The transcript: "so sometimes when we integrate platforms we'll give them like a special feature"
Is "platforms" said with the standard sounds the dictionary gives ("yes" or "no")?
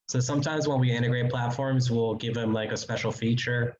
yes